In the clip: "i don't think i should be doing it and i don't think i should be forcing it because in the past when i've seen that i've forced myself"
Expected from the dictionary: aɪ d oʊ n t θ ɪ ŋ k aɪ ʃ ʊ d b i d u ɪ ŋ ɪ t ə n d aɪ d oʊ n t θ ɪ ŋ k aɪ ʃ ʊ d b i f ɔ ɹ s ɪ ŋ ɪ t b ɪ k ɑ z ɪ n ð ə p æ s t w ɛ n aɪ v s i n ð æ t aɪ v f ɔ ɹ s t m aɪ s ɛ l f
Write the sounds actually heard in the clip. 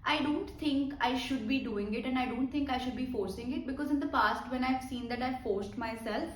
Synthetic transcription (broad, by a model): aɪ d oʊ n t t ɪ ŋ k aɪ ʃ ʊ d b i d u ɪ ŋ ɪ t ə n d aɪ d oʊ n t t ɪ ŋ k aɪ ʃ ʊ d b i f ɔ ɹ s ɪ ŋ ɪ t b ɪ k ɑ z ɪ n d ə p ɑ s t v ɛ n aɪ v s i n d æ t aɪ v f ɔ ɹ s t m aɪ s ɛ l f